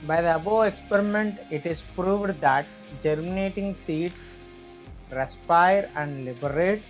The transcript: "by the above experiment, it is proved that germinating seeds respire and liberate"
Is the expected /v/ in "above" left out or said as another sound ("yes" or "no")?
yes